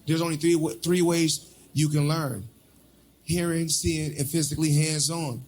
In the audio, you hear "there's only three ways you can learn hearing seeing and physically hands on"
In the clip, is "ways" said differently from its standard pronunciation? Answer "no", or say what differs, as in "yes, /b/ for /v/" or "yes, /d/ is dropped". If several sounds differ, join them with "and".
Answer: no